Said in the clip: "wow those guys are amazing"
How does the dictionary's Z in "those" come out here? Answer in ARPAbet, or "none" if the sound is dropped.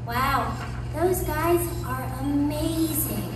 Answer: Z